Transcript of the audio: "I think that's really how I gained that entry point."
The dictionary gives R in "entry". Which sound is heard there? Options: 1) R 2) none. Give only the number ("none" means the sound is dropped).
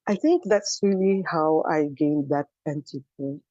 2